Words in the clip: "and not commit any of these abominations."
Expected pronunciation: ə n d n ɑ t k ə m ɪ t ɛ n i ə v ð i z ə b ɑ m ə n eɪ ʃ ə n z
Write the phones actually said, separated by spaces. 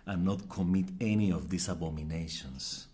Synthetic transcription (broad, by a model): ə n n ɑ t k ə m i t ɛ n i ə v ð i s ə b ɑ m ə n eɪ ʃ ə n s